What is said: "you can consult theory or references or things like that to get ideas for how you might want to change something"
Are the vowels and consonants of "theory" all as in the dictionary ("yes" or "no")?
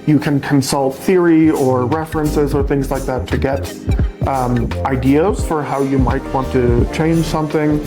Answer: yes